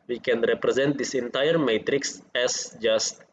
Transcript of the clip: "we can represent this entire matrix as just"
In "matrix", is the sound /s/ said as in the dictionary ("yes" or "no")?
yes